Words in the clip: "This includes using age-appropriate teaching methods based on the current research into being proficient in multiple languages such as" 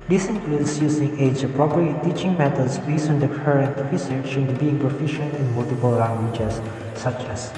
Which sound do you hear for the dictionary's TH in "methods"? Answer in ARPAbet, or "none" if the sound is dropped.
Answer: T